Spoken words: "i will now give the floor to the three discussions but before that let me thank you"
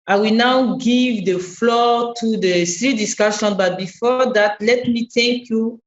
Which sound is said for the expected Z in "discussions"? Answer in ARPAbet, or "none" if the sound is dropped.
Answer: none